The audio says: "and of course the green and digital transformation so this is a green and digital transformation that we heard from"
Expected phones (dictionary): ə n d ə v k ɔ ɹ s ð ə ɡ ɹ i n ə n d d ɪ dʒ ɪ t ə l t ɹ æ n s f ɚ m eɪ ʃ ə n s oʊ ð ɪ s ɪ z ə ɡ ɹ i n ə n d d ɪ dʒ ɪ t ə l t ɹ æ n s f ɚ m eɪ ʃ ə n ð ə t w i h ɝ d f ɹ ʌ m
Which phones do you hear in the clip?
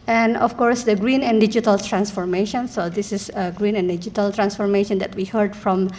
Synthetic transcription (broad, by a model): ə n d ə f k ɔ ɹ s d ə ɡ ɹ i n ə n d d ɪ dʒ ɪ t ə l t ɹ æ n s f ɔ m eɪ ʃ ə n s oʊ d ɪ s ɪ s ə ɡ ɹ i n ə n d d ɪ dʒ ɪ t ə l t ɹ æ n s f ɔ m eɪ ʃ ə n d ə t w i h ɝ d f ɹ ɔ m